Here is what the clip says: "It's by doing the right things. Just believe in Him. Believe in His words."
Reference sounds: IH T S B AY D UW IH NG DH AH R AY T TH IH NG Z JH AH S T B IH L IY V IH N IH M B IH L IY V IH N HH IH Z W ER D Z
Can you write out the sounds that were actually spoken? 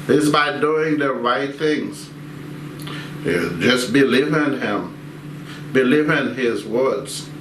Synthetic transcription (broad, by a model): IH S B AY D UW IH NG DH AH R AY T TH IH NG Z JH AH S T B IH L IY V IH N IH M B IH L IY V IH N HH IH Z W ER D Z